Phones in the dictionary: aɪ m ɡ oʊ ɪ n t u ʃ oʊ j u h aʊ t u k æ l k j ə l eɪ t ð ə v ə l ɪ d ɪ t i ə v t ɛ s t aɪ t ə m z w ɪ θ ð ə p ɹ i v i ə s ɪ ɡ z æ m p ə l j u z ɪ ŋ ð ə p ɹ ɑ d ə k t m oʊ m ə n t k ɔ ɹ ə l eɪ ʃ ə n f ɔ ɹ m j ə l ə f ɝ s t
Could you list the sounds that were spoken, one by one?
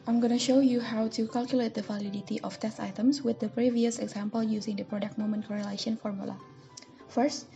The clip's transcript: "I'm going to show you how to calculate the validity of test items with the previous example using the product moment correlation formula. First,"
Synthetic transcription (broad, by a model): aɪ m ɡ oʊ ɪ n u ʃ oʊ j u h aʊ t u k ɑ l k j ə l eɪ t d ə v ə l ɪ d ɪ t i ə f t ɛ s t aɪ t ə m s w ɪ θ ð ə p ɹ i v i ə s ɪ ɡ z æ m p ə l j u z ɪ ŋ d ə p ɹ ɑ d ə k t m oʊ m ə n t k ɔ ɹ ə l eɪ ʃ ə n f ɔ ɹ m j ə l ə f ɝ s t